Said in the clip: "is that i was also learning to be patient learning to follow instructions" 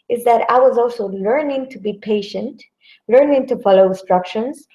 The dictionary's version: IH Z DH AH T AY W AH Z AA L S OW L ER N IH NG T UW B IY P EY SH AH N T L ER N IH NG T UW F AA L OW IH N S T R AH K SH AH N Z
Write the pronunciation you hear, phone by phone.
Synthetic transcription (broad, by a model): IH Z DH AH T AY W AH Z AA L S OW L ER N IH NG T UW B IY P EY SH AH N T L ER N IH NG T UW F AA L OW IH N S T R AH K SH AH N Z